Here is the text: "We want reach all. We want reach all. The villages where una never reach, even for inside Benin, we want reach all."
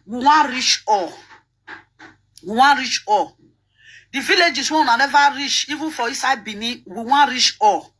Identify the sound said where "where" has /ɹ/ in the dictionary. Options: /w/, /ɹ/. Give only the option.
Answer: /w/